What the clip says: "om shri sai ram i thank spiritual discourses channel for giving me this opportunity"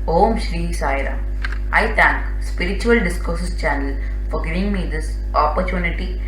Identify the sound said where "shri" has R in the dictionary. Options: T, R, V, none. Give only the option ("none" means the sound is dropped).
R